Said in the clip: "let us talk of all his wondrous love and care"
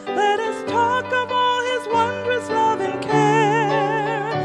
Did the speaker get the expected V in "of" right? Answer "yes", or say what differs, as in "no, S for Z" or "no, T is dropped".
yes